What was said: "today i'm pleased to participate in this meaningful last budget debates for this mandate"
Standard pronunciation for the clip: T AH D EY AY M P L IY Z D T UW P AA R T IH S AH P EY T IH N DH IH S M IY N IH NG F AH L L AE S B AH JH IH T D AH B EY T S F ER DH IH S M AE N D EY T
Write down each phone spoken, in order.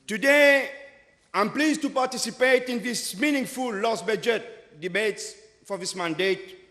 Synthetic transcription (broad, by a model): T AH D EY AY M P L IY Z T UW P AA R T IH S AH P EY T IH N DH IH S M IY N IH NG F AH L L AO S B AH JH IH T D AH B EY T S F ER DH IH S M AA N D EY T